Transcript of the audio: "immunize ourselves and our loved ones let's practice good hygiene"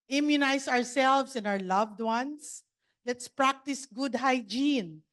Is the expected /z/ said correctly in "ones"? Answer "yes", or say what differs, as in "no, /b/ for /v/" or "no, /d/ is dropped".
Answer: no, /s/ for /z/